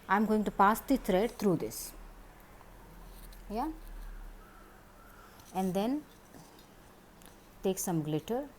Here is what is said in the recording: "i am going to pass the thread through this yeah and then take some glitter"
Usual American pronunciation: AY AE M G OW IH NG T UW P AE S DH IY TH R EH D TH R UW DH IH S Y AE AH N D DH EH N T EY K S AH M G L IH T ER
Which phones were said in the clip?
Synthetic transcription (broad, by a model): AY M G OW IH NG T UW P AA S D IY T R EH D T R UW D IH S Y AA AH N D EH N T EY K S AH M G L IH T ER